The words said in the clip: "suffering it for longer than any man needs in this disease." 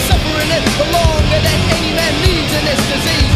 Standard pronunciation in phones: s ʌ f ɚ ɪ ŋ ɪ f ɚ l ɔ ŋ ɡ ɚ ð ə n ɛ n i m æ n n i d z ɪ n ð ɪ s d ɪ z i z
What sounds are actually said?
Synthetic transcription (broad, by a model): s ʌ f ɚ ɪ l ɪ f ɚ l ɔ ŋ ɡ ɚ ð ə n ɛ n i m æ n l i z ɪ n ð ɪ s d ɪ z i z